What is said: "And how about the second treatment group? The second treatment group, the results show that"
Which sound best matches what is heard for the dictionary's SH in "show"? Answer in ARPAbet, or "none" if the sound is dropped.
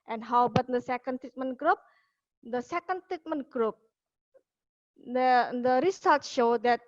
SH